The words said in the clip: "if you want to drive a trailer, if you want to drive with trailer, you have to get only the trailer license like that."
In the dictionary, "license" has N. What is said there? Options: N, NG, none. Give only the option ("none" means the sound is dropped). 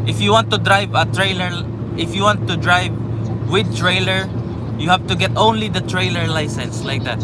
N